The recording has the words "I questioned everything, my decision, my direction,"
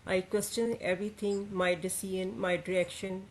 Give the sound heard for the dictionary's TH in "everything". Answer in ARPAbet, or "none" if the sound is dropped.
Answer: T